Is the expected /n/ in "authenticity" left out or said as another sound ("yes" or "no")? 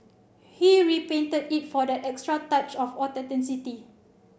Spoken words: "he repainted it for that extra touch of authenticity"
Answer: yes